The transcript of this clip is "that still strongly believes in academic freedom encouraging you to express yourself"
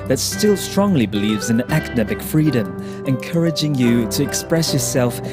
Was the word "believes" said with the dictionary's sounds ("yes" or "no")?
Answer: yes